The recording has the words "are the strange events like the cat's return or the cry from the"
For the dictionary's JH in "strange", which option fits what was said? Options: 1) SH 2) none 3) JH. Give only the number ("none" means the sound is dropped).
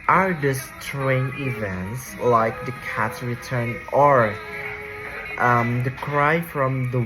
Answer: 2